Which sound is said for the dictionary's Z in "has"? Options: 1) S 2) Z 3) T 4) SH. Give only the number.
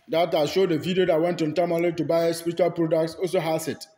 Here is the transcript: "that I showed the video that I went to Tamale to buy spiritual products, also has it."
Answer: 1